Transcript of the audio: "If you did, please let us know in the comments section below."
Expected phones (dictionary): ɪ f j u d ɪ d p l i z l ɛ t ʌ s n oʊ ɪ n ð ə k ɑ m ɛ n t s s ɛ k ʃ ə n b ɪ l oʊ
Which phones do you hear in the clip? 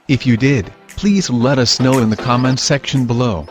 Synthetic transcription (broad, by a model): ɪ f j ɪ d ɪ d p l i z l ɛ t ʌ s n oʊ ɪ n ð ə k ɑ m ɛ n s s ɛ k ʃ ə n b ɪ l oʊ